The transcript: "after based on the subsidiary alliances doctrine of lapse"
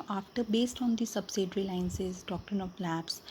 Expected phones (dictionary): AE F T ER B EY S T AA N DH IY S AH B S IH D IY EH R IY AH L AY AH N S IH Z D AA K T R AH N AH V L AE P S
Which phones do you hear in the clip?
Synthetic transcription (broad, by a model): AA F T ER B EY S T AA N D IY S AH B S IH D R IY L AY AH N S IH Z D AA K T R AH N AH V L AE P S